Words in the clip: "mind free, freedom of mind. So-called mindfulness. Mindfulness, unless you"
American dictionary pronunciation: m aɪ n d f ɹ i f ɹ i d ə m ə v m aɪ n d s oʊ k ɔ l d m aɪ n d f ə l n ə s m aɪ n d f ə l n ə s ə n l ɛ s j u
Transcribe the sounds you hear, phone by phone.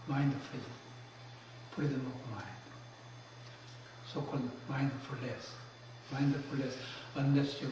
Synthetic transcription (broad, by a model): m aɪ n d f i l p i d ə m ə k m aɪ n d s oʊ k ɔ l d m aɪ n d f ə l ə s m aɪ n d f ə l ə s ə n ɛ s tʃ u